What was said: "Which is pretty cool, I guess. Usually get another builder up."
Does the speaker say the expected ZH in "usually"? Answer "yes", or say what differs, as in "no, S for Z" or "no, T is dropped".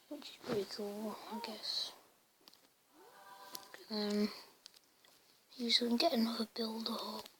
no, S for ZH